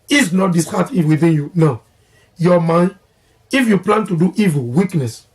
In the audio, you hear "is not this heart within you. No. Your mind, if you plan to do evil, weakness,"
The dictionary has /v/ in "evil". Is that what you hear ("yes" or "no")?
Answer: yes